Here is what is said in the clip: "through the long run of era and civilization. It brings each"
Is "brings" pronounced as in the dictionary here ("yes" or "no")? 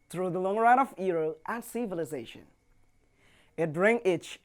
no